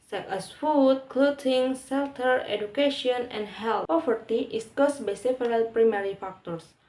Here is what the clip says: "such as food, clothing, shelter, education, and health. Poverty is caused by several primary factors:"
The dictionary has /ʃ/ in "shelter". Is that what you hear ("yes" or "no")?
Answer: no